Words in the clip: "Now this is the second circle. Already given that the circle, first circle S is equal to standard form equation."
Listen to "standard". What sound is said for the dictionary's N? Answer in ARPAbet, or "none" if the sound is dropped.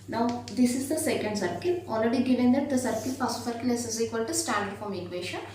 none